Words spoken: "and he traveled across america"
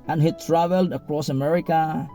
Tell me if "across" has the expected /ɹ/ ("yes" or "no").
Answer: yes